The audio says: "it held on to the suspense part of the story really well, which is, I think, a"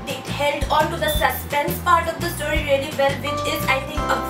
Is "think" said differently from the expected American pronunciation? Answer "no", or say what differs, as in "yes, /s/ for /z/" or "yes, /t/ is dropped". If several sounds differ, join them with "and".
yes, /t/ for /θ/